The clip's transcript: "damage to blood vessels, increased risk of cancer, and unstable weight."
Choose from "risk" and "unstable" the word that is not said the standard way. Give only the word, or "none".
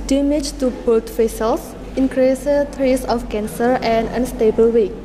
risk